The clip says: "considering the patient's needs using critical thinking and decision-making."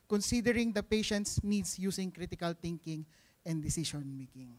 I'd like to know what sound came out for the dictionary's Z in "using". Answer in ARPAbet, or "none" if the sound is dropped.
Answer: S